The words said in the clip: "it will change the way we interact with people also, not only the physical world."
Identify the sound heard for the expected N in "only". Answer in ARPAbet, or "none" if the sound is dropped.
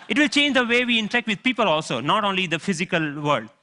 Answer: N